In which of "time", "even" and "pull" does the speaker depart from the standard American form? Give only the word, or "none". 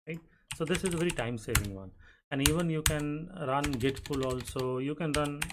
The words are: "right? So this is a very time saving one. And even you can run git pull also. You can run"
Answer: pull